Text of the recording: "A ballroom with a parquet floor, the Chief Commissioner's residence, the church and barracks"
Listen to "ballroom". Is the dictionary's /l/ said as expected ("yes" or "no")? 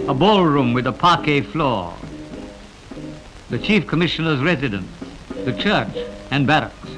yes